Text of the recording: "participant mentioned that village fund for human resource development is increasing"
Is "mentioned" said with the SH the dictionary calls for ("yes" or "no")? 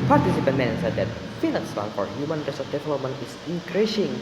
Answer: no